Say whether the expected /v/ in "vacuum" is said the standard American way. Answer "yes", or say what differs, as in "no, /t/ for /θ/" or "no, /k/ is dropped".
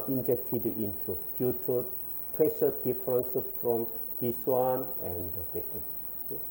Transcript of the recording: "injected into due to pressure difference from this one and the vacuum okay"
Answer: no, /b/ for /v/